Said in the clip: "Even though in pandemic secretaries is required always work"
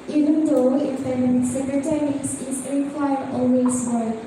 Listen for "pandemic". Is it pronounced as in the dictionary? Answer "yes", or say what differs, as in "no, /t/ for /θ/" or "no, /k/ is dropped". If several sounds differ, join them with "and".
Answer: no, /f/ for /p/